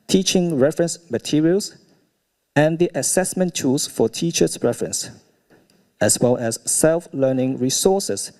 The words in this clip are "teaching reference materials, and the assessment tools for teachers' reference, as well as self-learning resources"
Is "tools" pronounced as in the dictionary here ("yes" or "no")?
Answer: no